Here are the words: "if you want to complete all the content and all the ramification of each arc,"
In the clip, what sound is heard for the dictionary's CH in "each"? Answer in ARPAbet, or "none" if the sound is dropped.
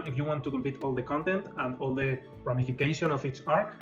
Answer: S